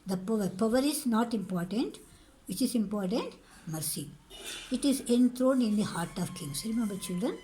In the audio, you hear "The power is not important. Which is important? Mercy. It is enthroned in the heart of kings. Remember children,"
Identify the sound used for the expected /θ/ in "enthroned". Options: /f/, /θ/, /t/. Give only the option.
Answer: /t/